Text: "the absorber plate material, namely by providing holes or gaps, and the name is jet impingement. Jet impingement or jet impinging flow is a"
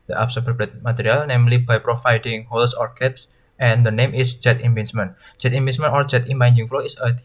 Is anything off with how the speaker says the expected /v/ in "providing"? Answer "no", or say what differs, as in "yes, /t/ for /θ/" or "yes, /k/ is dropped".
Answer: yes, /f/ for /v/